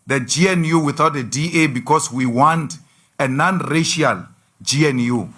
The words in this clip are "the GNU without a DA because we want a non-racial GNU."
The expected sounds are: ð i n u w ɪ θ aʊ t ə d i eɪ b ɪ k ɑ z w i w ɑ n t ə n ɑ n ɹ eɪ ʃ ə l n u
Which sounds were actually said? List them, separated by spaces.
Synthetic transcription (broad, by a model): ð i n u w ɪ θ aʊ t ə d i eɪ b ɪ k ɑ s w i w ɑ n t ə n ɑ n ɹ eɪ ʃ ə l n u